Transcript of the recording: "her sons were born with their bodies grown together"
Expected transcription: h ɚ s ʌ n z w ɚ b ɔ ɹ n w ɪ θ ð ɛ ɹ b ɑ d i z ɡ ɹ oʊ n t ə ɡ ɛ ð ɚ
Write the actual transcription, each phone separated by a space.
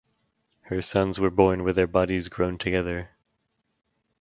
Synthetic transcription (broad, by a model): h ɚ s ʌ n z w ɚ b ɔ ɹ n w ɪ ð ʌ ɹ b ɑ d i z ɡ ɹ oʊ n t ə ɡ ɛ ð ɚ